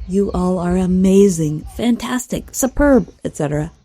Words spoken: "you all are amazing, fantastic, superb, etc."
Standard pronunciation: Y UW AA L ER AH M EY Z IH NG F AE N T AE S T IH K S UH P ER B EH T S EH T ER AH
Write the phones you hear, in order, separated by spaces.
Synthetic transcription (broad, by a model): Y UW AA L ER AH M EY Z IH NG F AE N T AE S T IH K S UH P ER B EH T S EH T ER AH